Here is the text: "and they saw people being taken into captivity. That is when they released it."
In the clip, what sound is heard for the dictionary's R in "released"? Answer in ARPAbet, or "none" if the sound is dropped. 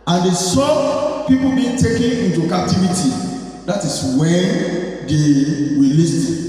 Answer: W